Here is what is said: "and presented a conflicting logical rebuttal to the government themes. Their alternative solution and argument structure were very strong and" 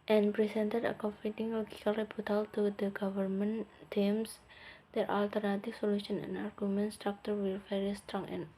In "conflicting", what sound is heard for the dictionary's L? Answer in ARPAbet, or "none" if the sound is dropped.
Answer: none